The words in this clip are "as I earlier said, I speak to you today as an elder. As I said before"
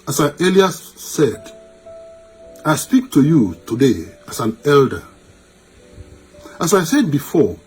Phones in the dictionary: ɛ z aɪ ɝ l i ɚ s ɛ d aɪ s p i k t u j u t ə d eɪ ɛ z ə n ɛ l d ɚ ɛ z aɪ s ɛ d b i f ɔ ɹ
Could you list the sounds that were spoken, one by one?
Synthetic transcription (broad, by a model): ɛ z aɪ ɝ l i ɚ s ɛ d aɪ s p i k t u j u t ə d eɪ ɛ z ə n ɛ l d ɚ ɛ s aɪ s ɛ d b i f ɔ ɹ